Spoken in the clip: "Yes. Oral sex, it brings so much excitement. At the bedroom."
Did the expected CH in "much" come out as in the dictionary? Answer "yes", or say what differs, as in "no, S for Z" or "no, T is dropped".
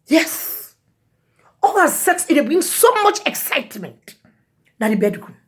yes